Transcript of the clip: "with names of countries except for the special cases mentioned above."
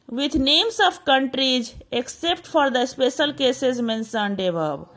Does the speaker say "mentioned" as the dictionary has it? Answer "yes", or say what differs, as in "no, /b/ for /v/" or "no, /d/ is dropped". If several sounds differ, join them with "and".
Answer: no, /s/ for /ʃ/